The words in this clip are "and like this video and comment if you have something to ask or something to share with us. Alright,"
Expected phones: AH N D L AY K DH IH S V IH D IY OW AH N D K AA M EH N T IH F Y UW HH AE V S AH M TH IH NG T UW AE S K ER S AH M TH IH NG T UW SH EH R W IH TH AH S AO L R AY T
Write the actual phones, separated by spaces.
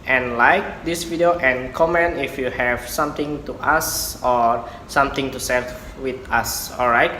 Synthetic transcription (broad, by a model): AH N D L AY K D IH S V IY D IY OW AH N K AA M EH N T IH F Y UW HH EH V S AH M T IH NG T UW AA S AO S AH M T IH NG T UW S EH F W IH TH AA S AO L R AY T